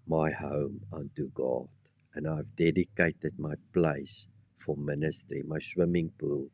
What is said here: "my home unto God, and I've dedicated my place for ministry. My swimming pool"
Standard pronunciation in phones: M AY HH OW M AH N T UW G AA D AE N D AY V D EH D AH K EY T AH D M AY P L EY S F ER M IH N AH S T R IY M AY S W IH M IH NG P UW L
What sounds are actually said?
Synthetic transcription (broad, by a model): M AY HH OW M AH N T UW G AA D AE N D AY V D EH D AH K EY T AH D M AY P L EY S F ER M IH N AH S T R IY M AY S W IH M IH NG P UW L